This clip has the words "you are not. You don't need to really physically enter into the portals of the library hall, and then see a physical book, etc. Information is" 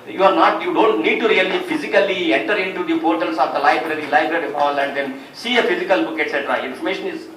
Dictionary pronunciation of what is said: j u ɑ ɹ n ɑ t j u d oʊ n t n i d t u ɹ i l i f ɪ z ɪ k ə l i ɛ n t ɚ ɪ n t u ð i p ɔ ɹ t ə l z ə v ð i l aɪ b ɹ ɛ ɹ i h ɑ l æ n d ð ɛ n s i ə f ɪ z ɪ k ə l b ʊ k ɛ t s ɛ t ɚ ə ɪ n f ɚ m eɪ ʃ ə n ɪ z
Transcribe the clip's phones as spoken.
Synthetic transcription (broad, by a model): j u ɑ ɹ n ɑ t j u d oʊ n t n i d t u ɹ i l i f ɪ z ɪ k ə l i ɛ n t ɚ ɪ n t u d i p ɔ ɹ t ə l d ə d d i l aɪ b ɹ ɛ ɹ i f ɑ l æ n d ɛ n s i ə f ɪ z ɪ k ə l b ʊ k ɛ t s ɛ t ɚ ə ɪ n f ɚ m eɪ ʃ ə n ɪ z